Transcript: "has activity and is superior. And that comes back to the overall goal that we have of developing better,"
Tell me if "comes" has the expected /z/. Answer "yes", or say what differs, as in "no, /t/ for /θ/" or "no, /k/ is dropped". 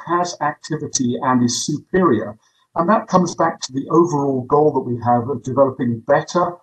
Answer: yes